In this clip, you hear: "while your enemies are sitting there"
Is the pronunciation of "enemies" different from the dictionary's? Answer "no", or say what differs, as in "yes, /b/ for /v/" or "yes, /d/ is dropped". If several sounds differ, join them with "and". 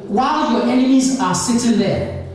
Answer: no